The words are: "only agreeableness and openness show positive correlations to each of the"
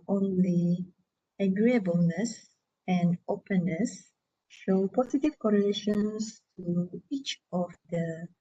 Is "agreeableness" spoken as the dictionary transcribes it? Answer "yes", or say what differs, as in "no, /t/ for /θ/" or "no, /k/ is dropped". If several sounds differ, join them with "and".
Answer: yes